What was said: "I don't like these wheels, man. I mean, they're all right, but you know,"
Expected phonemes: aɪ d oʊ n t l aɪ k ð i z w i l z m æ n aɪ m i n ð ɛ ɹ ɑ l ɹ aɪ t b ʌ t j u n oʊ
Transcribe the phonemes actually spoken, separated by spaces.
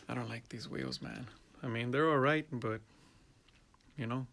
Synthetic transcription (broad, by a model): aɪ d oʊ n t l aɪ k ð i z w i l z m æ n aɪ m i n ð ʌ ɹ ɑ l ɹ aɪ t b ʌ t j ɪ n oʊ